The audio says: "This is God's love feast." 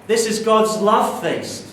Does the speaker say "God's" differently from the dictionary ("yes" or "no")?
no